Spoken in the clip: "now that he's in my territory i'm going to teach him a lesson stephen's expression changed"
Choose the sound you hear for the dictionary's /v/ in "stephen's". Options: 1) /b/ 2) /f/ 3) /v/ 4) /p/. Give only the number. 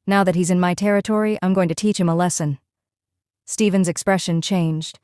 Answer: 3